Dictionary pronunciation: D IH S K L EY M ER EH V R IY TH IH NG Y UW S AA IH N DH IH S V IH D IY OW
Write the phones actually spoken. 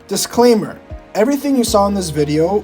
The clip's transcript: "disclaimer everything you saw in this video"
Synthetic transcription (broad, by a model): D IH S K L EY M ER EH V R IY TH IH NG Y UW S AA IH N DH IH S V IH D IY OW